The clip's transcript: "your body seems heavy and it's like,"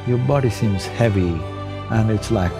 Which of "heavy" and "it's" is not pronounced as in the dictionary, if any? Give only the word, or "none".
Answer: none